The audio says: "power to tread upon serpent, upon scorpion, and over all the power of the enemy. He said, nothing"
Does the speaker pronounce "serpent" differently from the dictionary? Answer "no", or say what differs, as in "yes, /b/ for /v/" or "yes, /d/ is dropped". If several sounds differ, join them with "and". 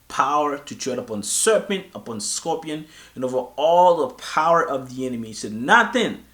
no